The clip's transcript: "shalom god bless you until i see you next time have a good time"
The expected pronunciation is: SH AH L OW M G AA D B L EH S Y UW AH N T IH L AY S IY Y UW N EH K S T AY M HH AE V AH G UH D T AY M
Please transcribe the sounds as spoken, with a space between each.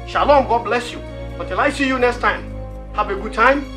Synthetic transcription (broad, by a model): SH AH L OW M G AA D B L EH S Y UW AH T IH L AY S IY Y UW N EH K S T AY M HH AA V AH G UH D T AY M